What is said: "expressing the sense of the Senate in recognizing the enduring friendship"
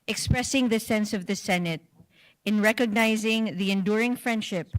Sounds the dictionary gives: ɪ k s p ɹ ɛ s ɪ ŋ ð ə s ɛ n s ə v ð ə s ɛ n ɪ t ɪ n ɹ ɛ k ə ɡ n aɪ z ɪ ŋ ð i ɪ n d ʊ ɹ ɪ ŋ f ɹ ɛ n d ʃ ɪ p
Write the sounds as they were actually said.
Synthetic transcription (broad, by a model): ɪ k s p ɹ ɛ s ɪ ŋ ð ə s ɛ n s ə v ð ə s ɛ n ɪ t ɪ n ɹ ɛ k ə ɡ n aɪ z ɪ ŋ ð i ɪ n d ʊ ɹ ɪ ŋ f ɹ ɛ n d ʃ ɪ p